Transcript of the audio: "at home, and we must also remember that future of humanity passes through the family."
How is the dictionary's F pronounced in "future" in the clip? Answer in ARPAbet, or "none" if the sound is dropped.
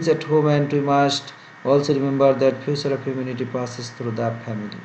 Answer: P